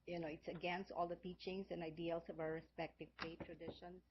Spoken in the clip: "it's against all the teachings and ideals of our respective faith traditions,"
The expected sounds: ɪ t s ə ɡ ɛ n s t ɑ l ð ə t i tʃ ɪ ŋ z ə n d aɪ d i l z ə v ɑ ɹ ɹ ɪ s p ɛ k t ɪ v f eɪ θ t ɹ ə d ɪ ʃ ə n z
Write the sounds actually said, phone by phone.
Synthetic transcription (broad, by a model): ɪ t s ə ɡ ɛ n s t ɑ l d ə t i tʃ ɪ ŋ s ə n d aɪ d i l s ə v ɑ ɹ ɹ ɪ s p ɛ k t ɪ v p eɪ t ɹ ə d ɪ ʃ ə n